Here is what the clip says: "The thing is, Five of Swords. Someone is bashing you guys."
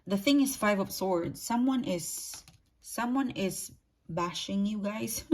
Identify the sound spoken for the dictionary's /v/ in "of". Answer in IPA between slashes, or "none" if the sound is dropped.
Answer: /p/